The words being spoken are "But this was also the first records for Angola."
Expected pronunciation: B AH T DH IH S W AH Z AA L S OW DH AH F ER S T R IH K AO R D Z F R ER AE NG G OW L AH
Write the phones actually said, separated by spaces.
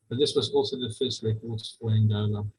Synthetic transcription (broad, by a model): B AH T DH IH S W AH Z AA L S OW DH AH F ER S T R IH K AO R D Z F L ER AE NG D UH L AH